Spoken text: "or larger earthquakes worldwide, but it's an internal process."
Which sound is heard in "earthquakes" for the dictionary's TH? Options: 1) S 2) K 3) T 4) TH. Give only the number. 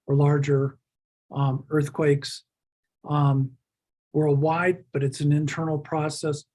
4